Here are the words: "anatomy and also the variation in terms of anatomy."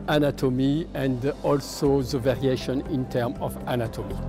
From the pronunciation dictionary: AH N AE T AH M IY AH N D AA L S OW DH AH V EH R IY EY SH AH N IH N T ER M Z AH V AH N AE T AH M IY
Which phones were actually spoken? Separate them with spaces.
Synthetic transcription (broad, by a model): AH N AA T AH M IY AH N D AA L S OW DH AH V EH R IY EY SH AH N IH N T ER M AH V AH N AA T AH M IY